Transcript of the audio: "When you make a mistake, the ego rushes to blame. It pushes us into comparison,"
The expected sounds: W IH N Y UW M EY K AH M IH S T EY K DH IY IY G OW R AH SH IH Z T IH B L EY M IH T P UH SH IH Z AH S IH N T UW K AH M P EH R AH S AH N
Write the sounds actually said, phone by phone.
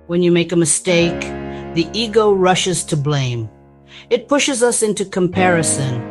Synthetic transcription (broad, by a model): W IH N Y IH M EY K AH M IH S T EY K DH IY IY G OW R AH SH IH Z T IH B L EY M IH T P UH SH IH Z AH S IH N T UW K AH M P EH R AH S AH N